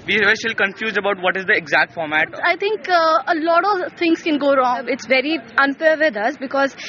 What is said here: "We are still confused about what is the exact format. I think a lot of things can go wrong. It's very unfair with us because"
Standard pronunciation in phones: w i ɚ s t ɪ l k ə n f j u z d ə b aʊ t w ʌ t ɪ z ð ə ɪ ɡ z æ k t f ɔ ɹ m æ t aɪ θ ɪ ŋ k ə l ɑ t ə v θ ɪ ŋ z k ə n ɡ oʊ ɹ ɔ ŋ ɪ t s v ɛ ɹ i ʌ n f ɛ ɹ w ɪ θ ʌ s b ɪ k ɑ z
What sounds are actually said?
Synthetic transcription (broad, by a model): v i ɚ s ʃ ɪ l k ə n f j u z d ə b aʊ t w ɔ t ɪ z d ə ɪ ɡ z æ k t f ɔ ɹ m æ t aɪ t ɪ ŋ k ə l ɑ t ə v t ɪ ŋ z k ə n ɡ oʊ ɹ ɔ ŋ ɪ t s v ɛ ɹ i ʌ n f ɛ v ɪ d ʌ s b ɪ k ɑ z